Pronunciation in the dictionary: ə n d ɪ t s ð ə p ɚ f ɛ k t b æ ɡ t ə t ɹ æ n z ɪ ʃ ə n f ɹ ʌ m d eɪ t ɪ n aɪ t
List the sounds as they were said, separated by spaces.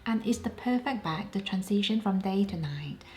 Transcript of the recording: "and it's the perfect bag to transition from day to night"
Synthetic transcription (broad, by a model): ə n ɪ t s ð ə p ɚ f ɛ k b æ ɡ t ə t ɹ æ n s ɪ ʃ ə n f ɹ ʌ m d eɪ t ɪ n aɪ t